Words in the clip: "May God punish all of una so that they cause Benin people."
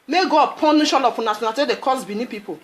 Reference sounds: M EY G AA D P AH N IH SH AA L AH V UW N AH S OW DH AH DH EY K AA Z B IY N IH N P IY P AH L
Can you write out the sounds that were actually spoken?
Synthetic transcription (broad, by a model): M EY G AA D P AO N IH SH AA L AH P UW N AH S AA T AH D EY K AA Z B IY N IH P IY P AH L